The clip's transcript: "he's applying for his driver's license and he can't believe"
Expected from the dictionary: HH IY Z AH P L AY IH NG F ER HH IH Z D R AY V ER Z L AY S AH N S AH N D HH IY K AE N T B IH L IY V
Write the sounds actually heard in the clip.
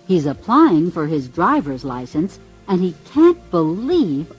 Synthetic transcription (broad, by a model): HH IY Z AH P L AY IH NG F ER IH Z D R AY V ER Z L AY S AH N S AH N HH IY K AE N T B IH L IY V